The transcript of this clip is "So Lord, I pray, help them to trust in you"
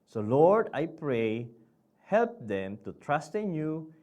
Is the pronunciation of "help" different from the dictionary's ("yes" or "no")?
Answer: no